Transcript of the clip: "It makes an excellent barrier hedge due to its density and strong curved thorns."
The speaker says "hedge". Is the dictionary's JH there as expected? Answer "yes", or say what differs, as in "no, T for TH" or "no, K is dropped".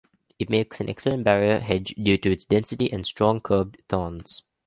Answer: yes